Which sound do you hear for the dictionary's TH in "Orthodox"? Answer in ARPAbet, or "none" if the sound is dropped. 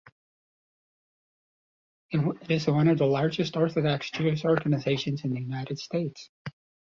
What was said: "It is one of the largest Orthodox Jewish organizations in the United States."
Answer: TH